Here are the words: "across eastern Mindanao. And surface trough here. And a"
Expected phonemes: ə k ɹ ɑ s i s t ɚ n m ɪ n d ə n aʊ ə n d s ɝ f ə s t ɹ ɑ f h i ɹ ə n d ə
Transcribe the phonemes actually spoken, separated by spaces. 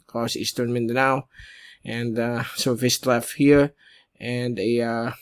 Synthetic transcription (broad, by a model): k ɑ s i s t ɚ n m ɪ n d ə n aʊ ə n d s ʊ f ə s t l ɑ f h i ɹ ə n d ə